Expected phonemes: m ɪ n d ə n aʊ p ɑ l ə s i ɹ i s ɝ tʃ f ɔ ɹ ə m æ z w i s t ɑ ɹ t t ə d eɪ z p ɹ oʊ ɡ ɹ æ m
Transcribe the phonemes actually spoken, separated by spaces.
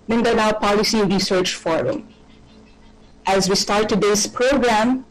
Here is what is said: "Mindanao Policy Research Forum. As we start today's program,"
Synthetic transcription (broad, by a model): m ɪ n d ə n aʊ p ɑ l ə s i ɹ i s ɝ tʃ f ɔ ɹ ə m æ z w i s t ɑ ɹ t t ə d eɪ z p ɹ oʊ ɡ ɹ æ m